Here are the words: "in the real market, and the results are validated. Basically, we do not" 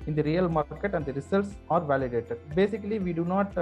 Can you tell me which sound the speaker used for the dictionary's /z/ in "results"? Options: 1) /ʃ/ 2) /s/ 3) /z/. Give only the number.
2